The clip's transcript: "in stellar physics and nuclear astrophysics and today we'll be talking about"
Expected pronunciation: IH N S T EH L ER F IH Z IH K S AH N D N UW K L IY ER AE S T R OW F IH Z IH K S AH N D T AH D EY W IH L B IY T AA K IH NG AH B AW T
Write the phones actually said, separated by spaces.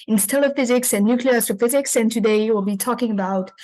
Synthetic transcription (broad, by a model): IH N S T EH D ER F IH Z IH K S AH N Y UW K L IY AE S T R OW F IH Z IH K S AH N T AH D EY W IH L B IY T AA K IH NG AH B AW T